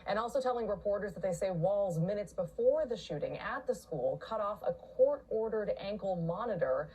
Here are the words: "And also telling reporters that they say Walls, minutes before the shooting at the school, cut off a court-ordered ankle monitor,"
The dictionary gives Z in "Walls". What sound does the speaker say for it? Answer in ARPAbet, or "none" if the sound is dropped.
Z